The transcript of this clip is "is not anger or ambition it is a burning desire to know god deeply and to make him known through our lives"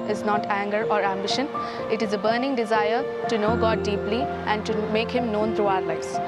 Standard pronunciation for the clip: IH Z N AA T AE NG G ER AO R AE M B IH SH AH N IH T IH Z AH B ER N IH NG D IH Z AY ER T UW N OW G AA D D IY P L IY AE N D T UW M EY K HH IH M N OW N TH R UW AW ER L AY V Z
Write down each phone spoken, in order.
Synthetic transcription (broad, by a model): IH Z N AA T AE NG G ER AO R AE M B IH SH AH N IH T IH Z AH B ER N IH NG D IH Z AY ER T UW N OW G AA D D IY P L IY AE N D T UW M EY K HH IH M N OW N T R UW AW ER L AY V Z